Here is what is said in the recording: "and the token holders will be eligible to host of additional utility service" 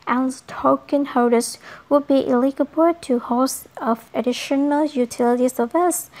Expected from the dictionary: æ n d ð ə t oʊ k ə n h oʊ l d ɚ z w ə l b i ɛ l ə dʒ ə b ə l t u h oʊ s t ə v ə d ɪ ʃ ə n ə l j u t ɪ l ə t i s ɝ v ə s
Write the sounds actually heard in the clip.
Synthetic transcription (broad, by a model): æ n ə t oʊ k ə n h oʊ d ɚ s w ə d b i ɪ l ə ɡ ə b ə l t u h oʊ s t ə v ə d ɪ ʃ ə n ə l j u t ɪ l ə t i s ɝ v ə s